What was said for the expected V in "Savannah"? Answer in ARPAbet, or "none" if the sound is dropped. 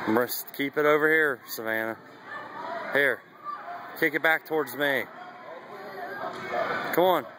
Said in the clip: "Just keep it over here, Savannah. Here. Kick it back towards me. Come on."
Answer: V